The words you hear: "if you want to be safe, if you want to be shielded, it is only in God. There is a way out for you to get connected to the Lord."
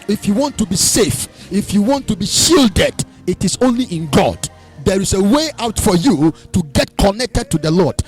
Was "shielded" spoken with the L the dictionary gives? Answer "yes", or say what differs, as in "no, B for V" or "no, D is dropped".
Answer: yes